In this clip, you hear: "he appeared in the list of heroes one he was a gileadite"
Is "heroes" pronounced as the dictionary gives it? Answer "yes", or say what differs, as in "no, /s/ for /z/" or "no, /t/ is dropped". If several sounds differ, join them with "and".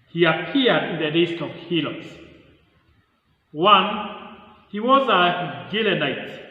no, /l/ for /ɹ/